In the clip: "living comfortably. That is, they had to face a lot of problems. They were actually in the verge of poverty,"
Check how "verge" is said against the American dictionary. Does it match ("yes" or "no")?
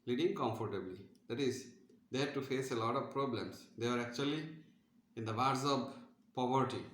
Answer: no